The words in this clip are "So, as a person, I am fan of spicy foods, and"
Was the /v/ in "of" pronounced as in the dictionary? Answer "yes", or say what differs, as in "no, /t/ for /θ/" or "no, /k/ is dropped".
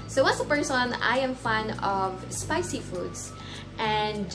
yes